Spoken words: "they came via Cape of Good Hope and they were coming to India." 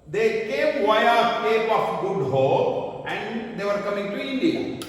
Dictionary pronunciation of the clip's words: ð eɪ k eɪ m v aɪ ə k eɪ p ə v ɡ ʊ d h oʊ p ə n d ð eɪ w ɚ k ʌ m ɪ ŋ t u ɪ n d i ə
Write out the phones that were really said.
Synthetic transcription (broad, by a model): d eɪ k eɪ m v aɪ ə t eɪ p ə f ɡ ʊ d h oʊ ə n d eɪ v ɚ k ʌ m ɪ ŋ t u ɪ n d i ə